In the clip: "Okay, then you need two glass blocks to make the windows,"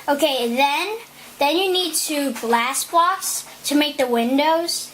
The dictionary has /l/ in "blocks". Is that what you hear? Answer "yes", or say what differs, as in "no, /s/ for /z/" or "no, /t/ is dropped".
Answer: no, /l/ is dropped